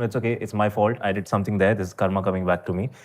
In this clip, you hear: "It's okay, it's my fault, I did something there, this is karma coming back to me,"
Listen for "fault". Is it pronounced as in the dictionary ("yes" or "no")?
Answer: yes